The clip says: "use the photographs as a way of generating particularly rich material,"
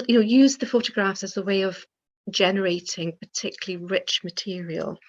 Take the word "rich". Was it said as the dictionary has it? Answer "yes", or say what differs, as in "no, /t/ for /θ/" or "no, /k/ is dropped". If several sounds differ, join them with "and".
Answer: yes